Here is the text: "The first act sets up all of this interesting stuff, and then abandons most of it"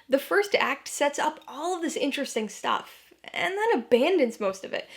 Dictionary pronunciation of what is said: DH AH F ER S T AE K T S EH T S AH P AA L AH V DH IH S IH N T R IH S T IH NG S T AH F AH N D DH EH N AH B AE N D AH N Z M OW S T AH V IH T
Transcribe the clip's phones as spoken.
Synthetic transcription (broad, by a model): DH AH F ER S T AE K T S EH T S AH P AA L AH V DH IH S IH N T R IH S T IH NG S T AH F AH N DH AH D AH B AE N D AH N Z M OW S T AH V IH T